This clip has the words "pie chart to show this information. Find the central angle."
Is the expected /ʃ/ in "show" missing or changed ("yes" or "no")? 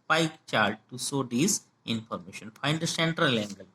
yes